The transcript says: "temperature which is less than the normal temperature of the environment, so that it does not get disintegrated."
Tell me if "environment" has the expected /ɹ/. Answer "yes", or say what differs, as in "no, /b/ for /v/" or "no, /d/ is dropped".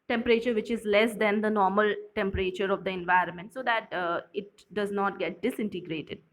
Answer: yes